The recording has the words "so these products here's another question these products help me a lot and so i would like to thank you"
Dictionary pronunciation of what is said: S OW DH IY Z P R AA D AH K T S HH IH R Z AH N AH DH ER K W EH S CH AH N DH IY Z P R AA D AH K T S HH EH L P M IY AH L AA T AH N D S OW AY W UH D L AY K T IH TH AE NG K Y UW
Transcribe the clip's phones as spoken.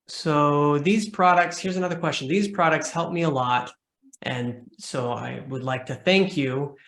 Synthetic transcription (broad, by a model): S OW DH IY Z P R AA D AH K T S HH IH R Z AH N AH DH ER K W EH S CH AH N DH IY Z P R AA D AH K T S HH EH L P M IY AH L AA T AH N S OW AY W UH D L AY K T IH TH AE NG K Y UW